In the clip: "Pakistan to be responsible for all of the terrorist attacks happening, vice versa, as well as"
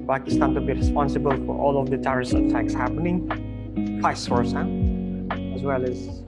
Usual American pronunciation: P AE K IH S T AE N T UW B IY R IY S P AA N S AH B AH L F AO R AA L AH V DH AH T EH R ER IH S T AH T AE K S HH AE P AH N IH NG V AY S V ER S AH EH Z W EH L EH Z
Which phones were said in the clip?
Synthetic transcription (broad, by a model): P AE K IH S T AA N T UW B IY R IY S P AA N S AH B AH L F AO R AA L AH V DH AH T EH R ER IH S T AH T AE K S HH AE P AH N IH NG F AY S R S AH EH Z W EH L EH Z